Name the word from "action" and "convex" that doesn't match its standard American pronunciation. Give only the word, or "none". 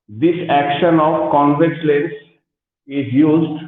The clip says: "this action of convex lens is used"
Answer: convex